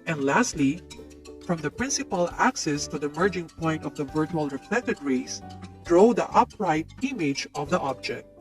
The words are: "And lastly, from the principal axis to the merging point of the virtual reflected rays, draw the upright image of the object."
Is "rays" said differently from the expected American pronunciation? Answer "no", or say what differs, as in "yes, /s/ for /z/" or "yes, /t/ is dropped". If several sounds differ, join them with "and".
yes, /s/ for /z/